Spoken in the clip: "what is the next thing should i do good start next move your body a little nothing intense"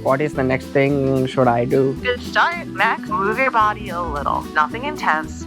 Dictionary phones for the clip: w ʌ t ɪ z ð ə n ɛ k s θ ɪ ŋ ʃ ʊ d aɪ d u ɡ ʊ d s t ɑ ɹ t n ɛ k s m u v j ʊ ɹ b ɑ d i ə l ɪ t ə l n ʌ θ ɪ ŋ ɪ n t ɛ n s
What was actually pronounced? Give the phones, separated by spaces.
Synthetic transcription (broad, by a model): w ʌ t ɪ z ð ə n ɛ k s θ ɪ ŋ ʃ ʊ d aɪ d u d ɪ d s t ɑ ɹ t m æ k m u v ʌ ɹ b ɑ d i ə l ɪ t l n ʌ θ ɪ ŋ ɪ n t ɛ n s